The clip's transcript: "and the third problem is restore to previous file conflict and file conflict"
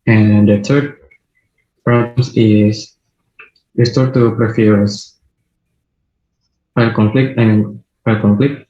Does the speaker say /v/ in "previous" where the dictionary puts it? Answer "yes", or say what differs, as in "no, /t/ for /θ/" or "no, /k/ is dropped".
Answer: no, /f/ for /v/